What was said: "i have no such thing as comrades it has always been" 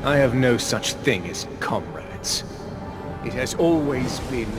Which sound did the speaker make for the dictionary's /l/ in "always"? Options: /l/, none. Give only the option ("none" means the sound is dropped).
/l/